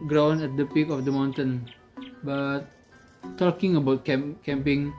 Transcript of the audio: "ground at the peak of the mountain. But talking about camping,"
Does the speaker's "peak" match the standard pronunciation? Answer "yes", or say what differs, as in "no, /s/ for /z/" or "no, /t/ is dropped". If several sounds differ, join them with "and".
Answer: yes